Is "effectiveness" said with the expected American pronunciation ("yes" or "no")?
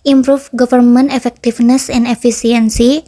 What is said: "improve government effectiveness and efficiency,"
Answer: no